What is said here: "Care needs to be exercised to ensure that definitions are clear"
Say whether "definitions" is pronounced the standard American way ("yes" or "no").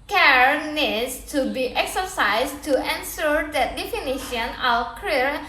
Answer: no